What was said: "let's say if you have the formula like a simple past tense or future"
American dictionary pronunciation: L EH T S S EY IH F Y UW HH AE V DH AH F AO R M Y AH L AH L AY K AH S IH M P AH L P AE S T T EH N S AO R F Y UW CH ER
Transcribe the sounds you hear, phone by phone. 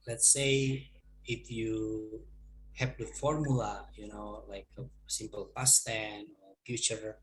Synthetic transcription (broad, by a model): L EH T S S EY IH F Y UW HH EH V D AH F AO R M Y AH N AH L AY K AH S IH M P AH L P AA S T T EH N AO R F Y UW CH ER